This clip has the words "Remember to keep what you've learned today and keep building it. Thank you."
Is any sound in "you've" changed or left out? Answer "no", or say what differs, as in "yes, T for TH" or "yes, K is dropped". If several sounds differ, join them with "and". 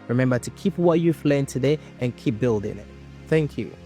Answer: yes, F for V